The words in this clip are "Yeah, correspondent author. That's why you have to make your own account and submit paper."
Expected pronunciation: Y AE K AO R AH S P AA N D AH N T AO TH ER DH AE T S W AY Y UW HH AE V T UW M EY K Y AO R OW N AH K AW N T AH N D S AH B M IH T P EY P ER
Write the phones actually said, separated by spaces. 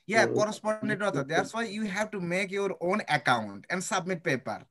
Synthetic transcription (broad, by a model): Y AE K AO R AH S P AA N D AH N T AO T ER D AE T S W AY Y UW HH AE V T UW M EY K Y AO R OW N AH K AW N T AH N D S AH B M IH T P EY P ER